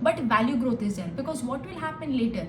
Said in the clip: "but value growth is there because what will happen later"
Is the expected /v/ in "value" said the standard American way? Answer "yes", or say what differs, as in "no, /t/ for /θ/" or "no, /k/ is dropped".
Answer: yes